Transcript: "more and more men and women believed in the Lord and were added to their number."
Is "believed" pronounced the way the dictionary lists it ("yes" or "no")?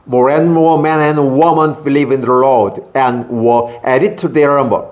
no